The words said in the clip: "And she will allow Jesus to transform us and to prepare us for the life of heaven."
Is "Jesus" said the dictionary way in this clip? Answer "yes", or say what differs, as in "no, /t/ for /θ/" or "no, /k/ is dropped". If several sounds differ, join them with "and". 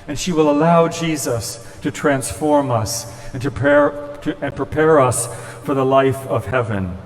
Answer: yes